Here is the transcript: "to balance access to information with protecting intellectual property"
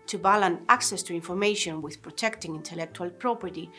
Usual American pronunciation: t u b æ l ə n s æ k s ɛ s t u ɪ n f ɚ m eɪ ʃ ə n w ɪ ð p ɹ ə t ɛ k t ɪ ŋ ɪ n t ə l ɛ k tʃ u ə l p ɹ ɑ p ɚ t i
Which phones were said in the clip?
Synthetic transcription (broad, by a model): t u b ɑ l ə n æ k s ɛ s t u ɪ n f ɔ m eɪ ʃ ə n w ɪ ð p ɹ ə t ɛ k t ɪ ŋ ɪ n t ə l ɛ k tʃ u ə l p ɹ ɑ p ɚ t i